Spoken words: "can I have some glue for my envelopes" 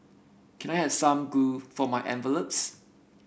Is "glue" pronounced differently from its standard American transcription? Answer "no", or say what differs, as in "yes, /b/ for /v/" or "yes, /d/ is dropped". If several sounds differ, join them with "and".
yes, /l/ is dropped